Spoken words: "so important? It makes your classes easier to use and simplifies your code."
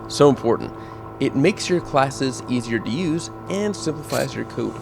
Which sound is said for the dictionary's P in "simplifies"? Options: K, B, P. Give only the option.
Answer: P